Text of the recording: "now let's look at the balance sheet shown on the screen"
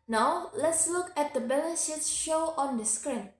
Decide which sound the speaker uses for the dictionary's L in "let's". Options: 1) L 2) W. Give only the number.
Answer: 1